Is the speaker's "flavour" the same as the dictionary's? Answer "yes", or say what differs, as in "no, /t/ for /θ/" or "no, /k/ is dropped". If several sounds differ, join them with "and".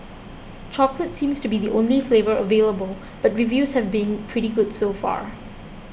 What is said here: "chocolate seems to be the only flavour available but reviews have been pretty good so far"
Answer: yes